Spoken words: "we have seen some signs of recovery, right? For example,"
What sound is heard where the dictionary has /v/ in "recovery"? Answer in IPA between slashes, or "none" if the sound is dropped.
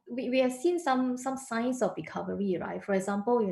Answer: /v/